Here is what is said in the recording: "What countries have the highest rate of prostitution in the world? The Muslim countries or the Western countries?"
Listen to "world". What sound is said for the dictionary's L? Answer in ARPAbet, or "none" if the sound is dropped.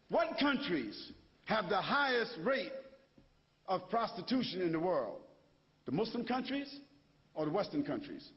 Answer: L